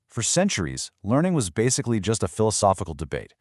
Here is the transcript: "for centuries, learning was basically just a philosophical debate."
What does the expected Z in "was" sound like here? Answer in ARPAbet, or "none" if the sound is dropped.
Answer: Z